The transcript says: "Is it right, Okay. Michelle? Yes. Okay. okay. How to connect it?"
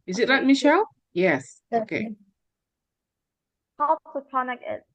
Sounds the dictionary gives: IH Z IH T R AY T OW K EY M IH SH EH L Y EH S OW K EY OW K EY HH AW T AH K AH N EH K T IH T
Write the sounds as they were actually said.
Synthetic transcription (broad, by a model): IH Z IH T L AY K M IH SH EH L Y EH S OW K EY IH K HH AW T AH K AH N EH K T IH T